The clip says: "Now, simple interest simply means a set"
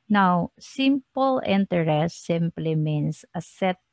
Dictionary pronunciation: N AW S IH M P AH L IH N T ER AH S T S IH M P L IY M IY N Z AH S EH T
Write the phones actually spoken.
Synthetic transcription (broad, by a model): N AW S IH M P AH L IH N T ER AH S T S IH M P L IY M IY N S AH S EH T